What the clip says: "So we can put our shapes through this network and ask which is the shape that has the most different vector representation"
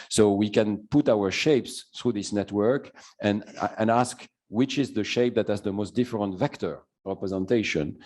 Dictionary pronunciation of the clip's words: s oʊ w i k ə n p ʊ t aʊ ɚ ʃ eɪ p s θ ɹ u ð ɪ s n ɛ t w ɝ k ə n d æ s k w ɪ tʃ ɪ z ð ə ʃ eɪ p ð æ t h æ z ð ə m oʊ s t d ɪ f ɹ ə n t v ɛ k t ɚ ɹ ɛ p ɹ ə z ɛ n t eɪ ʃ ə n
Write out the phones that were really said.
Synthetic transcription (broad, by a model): s oʊ w i k ə n p ʊ t aʊ ɚ ʃ eɪ p s θ ɹ u ð ɪ s n ɛ t w ɝ k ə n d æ s k w ɪ tʃ ɪ z ð ə ʃ eɪ p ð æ t h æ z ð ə m oʊ s t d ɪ f ɹ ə n t v ɛ k t ɚ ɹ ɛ p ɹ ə z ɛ n t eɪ ʃ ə n